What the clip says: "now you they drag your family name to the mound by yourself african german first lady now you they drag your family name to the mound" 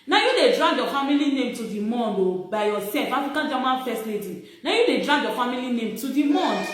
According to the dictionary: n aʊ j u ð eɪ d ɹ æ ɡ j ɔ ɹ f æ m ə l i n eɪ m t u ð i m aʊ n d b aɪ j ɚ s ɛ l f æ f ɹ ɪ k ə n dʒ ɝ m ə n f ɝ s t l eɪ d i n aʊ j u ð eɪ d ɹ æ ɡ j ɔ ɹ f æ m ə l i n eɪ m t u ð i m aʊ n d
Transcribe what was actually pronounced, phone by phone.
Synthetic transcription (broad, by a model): n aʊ j u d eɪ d ɹ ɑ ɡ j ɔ f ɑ m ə l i n eɪ m t u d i m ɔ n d b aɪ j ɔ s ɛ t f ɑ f ɪ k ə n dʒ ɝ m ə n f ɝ s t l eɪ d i n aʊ j u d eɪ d ɹ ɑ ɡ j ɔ f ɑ m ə l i n eɪ m t u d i m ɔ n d